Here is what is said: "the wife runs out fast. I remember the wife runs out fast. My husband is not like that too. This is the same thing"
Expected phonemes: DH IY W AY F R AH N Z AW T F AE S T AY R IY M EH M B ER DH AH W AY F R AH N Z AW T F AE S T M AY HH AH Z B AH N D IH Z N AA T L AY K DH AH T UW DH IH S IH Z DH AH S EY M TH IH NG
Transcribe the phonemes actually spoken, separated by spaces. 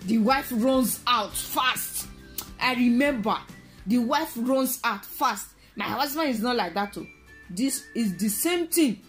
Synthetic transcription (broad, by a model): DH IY W AY F R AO N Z AW T F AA S T AY R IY M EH M B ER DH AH W AY F R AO N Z AW T F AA S T M AY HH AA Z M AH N IH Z N AA T L AY K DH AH T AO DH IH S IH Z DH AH S EY M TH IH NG